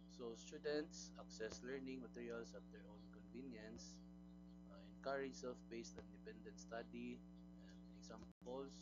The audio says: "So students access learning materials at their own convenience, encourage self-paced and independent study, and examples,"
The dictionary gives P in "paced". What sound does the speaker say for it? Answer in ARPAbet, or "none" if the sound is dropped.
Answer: B